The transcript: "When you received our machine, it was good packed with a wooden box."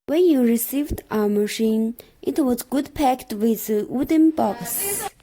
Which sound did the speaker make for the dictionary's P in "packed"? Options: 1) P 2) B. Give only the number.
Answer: 1